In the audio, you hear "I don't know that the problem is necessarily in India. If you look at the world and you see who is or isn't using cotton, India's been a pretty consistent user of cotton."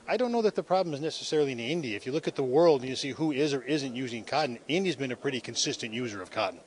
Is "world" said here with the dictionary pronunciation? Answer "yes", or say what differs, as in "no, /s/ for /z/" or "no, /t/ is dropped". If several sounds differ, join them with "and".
yes